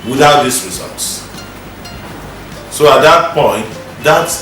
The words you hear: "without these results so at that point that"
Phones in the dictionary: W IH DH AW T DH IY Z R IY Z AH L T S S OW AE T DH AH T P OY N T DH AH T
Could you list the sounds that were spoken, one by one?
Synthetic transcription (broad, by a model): W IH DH AW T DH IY S R IY Z AH L T S S OW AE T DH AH T P OY N T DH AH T